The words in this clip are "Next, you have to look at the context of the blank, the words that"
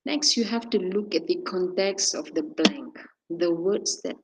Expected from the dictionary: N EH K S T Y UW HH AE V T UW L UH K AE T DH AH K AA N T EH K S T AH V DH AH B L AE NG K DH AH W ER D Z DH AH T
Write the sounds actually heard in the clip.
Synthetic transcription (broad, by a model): N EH K S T Y UW HH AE F T UW L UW K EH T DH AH K AA N T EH K S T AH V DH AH B L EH NG K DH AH W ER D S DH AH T